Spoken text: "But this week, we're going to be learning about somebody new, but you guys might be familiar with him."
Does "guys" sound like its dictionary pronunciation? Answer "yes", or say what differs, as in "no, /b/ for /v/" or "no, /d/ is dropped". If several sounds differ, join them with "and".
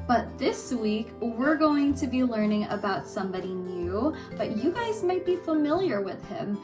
yes